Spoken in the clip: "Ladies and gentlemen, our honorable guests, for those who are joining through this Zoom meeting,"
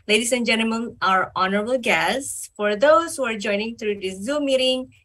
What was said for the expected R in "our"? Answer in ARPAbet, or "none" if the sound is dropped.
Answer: R